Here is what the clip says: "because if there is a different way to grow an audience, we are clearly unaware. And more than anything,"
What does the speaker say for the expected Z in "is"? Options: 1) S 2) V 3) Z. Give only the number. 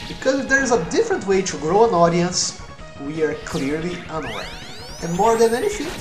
3